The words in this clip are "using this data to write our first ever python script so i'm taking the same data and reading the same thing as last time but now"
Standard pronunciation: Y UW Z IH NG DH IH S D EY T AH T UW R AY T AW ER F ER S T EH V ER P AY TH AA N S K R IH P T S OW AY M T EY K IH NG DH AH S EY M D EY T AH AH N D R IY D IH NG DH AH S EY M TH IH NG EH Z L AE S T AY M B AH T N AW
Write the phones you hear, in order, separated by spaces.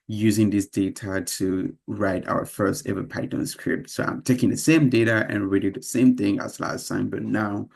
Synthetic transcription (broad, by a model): Y UW Z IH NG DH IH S D EY T AH T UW R AY T AW ER F ER S T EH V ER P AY T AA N S K R IH P T S OW AY M T EY K IH NG DH AH S EY M D EY T AH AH N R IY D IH DH AH S EY M TH IH NG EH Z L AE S T AY M B AH T N AW